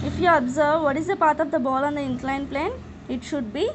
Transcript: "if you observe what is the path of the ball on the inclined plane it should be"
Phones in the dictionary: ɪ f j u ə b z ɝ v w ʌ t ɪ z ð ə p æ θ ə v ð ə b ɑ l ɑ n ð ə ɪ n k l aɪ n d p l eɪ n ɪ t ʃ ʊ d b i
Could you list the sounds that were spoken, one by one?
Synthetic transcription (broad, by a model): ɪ f j u ə b z ɝ v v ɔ t ɪ z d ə p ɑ t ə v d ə b ɑ l ɑ n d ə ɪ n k l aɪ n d p l eɪ n ɪ t ʃ ʊ d b i